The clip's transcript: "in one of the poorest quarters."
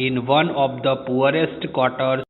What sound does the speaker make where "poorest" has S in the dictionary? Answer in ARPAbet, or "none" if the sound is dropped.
S